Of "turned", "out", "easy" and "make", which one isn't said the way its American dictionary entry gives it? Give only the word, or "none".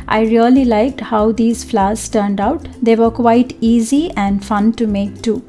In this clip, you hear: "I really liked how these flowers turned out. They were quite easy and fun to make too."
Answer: none